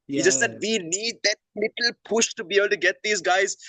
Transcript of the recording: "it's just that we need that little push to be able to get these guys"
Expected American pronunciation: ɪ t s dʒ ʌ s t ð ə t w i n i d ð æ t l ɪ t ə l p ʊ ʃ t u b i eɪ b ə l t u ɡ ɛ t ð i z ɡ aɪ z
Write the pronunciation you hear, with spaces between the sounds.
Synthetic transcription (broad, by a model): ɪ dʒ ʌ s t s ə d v i n i d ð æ t l ɪ t ə l p ʊ ʃ t u b i eɪ b ə l t u ɡ ɛ t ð i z ɡ aɪ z